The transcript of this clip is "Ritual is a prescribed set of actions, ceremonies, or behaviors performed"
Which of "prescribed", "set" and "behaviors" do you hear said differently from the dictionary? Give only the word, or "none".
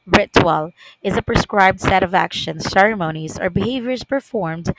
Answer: none